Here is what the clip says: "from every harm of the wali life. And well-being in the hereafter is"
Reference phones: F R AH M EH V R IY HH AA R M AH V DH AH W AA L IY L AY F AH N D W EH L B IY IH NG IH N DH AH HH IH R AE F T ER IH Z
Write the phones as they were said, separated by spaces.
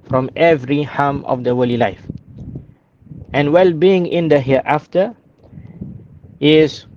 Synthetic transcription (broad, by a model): F R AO M EH V R IY HH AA M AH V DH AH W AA L IY L AY F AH N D W EH L B IY IH NG IH N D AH HH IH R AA F T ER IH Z